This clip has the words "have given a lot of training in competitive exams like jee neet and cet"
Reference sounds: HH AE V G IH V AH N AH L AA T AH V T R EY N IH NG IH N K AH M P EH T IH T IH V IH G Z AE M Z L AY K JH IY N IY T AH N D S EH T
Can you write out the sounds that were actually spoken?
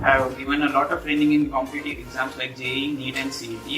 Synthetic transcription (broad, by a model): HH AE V G IH V AH N AH L AA T AH V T R EY N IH NG IH N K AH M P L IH T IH IH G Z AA M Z L AY K JH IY N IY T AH N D S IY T